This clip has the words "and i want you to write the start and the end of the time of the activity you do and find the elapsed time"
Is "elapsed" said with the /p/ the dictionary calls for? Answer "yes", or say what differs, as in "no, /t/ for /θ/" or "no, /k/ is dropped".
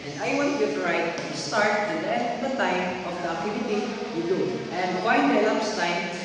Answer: no, /p/ is dropped